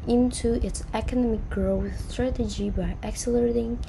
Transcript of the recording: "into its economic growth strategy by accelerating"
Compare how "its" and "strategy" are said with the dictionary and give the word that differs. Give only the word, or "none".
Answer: none